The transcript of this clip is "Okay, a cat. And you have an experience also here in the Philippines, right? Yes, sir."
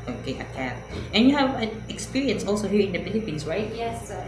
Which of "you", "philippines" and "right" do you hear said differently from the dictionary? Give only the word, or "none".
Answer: philippines